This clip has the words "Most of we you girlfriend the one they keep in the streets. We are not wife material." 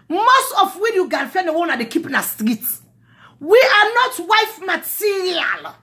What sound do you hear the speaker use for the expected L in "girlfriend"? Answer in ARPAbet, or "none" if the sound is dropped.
N